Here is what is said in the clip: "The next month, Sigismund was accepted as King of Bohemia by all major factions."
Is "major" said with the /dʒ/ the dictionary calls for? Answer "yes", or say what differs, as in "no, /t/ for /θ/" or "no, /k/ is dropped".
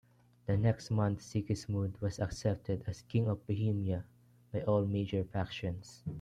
yes